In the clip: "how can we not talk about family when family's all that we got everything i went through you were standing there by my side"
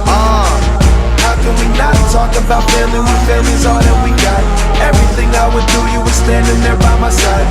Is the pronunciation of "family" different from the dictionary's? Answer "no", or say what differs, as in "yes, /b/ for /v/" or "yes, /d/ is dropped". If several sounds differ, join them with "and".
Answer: yes, /m/ is dropped